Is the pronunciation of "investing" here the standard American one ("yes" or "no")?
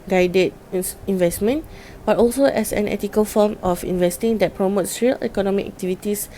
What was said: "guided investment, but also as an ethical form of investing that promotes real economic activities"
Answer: yes